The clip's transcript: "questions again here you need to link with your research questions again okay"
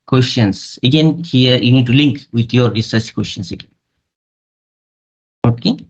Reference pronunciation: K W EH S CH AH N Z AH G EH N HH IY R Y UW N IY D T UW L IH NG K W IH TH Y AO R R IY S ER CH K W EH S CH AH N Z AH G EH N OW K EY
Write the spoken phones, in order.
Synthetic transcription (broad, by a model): K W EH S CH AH N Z AH G EH N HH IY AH Y UW N IY D T UW L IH NG K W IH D Y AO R R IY S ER S K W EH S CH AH N S AH G EH N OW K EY